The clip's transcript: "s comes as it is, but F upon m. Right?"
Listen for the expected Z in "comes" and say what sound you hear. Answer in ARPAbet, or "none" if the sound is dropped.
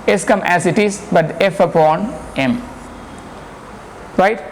none